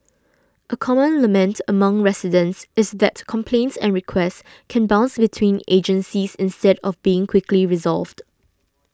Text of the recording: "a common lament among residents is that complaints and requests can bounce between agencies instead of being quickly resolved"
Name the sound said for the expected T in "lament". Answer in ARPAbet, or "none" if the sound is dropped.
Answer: T